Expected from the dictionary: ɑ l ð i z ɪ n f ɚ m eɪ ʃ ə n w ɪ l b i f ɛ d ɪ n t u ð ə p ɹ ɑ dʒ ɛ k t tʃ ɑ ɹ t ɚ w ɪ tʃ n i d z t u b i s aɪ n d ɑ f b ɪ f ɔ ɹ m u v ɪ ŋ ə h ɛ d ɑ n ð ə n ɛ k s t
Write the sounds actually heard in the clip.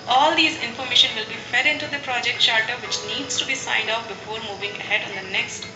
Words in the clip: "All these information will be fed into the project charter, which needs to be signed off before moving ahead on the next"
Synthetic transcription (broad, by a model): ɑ l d i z ɪ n f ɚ m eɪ ʃ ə n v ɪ l b i f ɛ d ɪ n t u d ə p ɹ ɑ dʒ ɛ k t ʃ ɑ ɹ t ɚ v ɪ tʃ n i d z t u b i s aɪ n d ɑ p b ɪ f ɔ ɹ m u v ɪ ŋ ə h ɛ d ɑ n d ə n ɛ k s t